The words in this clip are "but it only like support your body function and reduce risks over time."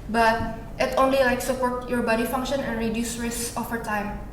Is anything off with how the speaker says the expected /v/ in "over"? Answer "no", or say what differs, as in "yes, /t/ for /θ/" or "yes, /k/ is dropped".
yes, /f/ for /v/